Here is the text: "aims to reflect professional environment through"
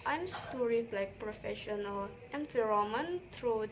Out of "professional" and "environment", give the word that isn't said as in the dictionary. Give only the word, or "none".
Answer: environment